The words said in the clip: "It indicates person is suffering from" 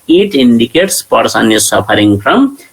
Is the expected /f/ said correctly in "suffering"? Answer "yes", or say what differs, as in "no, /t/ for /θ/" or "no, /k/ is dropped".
no, /p/ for /f/